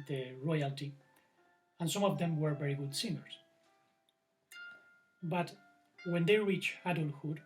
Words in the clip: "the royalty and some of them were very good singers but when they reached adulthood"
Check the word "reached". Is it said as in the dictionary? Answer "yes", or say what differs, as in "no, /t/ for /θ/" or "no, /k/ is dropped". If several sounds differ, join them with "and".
no, /t/ is dropped